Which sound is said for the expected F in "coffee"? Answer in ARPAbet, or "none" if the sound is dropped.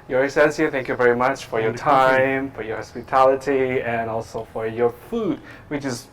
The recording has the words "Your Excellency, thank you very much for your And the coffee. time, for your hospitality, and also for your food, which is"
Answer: none